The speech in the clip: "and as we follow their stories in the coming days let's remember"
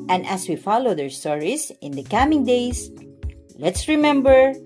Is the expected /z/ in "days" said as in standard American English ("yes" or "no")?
no